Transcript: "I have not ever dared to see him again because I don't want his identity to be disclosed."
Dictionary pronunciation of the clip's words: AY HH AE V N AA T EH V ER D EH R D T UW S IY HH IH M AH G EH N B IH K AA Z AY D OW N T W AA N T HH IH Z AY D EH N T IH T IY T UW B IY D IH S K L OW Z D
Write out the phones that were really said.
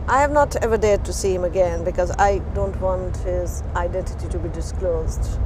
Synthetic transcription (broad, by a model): AY HH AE V N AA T EH V ER D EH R D T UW S IY HH IH M AH G EH N B IH K AA Z AY D OW N T W AA N T HH IH Z AY D EH N T IH T IY T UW B IY D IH S K L OW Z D